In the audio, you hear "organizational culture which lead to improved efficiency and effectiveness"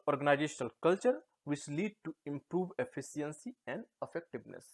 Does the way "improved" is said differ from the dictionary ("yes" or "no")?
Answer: yes